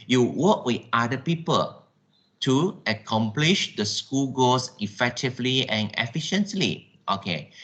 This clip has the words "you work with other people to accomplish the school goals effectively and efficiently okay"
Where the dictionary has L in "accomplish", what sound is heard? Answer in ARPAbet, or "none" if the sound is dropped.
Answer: L